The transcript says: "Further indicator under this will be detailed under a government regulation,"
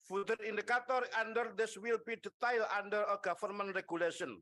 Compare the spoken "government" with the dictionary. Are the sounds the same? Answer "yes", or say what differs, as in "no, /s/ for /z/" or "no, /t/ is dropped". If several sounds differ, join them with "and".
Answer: no, /f/ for /v/